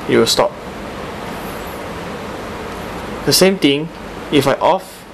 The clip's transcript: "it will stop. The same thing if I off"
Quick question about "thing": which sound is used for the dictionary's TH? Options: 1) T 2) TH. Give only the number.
1